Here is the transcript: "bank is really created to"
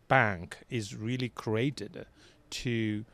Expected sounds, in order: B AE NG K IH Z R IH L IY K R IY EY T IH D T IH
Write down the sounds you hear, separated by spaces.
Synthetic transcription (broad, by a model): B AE NG K IH Z R IH L IY K R IY EY T IH D T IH